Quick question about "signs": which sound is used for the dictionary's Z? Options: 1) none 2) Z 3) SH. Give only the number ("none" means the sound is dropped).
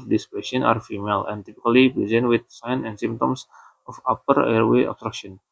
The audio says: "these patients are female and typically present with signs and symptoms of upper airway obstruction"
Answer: 1